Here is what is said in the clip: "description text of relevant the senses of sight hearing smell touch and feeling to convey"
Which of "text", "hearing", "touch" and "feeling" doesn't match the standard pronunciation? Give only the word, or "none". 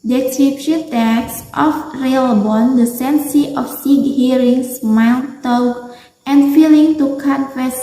touch